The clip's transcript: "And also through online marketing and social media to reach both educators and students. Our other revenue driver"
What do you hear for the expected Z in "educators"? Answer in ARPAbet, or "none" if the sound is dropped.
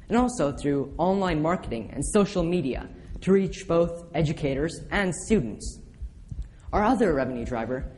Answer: Z